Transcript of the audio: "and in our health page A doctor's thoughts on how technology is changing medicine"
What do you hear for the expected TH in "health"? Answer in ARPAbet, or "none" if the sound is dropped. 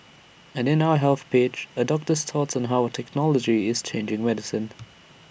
TH